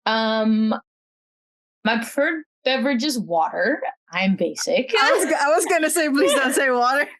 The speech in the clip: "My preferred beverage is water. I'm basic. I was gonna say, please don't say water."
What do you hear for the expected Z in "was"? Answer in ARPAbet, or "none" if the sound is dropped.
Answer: Z